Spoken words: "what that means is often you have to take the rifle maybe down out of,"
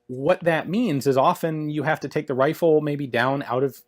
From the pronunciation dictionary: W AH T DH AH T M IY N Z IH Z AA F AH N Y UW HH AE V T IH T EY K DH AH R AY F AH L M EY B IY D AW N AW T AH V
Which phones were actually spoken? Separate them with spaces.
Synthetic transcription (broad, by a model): W AH T DH AH T M IY N Z IH Z AA F AH N Y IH HH AE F T IH T EY K DH AH R AY F L M EY B IY D AW N AW T AH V